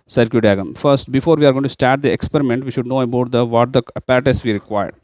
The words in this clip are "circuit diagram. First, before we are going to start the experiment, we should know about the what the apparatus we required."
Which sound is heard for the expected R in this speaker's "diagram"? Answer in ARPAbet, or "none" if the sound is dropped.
none